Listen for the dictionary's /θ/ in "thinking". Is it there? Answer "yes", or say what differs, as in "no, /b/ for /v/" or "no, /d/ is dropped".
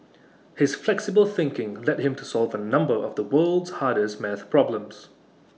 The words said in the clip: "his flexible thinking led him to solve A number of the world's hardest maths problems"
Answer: yes